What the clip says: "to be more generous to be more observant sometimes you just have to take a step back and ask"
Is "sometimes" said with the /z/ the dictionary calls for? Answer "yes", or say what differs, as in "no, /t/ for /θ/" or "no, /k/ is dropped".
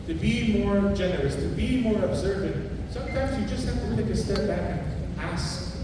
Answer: yes